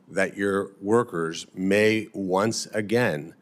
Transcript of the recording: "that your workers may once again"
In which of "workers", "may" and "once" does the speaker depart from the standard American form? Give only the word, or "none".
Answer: none